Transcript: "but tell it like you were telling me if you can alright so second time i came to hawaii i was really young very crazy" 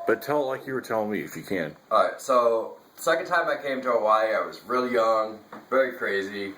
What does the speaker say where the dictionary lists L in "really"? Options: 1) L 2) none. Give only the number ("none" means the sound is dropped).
1